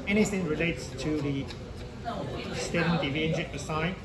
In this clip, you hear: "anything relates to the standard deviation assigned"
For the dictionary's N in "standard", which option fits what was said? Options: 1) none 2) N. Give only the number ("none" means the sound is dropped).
1